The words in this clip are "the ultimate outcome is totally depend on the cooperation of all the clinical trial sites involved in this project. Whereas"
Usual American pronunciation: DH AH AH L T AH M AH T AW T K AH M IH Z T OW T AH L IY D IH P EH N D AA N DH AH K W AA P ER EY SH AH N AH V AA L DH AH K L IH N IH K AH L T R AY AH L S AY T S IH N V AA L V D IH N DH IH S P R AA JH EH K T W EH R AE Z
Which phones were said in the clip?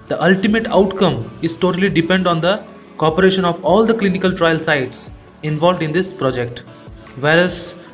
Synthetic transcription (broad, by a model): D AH AH L T AH M AH T AW T K AH M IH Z T OW T AH L IY D IH P EH N D AA N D AH K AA P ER EY SH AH N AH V AA L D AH K L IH N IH K AH L T R AY AH L S AY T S IH N V AA L V D IH N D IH S P R AA JH EH K T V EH R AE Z